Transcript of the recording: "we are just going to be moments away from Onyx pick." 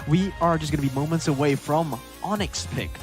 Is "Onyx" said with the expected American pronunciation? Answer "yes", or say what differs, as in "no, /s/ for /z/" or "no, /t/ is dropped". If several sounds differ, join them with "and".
yes